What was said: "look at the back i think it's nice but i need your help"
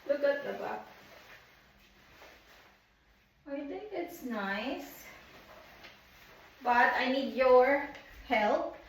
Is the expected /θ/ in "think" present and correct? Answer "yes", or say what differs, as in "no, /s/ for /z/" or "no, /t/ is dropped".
no, /t/ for /θ/